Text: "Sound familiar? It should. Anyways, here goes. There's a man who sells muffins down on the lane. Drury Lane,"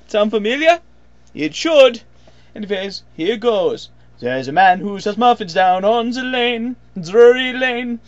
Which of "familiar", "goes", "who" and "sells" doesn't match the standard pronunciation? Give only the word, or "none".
sells